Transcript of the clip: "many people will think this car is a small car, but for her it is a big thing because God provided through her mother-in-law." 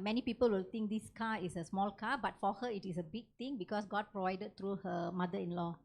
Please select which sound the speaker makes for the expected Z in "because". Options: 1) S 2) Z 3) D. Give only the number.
1